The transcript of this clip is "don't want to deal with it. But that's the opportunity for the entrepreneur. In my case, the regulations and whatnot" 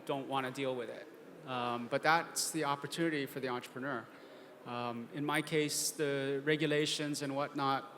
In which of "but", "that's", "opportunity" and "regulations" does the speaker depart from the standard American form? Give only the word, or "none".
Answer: none